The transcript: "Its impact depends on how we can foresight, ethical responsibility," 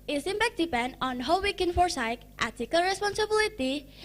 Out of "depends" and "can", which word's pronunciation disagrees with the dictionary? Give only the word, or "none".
depends